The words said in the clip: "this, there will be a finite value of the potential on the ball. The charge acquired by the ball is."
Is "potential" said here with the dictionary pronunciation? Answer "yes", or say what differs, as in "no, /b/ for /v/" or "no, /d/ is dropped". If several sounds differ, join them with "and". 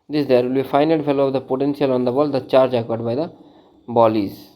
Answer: no, /s/ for /ʃ/